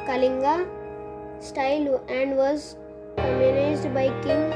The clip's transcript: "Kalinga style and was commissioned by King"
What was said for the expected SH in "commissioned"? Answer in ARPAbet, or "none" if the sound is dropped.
none